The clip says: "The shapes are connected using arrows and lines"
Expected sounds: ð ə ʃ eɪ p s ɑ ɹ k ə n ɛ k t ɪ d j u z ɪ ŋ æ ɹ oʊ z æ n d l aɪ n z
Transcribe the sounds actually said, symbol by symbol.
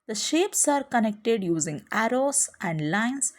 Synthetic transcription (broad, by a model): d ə ʃ eɪ p s ɑ ɹ k ə n ɛ k t ɪ d j u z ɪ ŋ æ ɹ oʊ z æ n d l aɪ n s